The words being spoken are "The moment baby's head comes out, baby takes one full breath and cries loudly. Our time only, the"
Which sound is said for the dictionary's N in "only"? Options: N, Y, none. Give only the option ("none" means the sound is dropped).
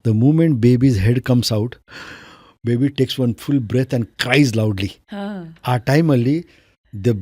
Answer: none